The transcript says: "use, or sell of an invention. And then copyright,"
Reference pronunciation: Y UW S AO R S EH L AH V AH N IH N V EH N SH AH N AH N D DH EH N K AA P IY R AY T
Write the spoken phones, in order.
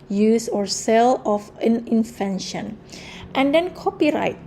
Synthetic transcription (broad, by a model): Y UW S AO R S EH L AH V AH N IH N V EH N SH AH N AH N D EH N K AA P IY R AY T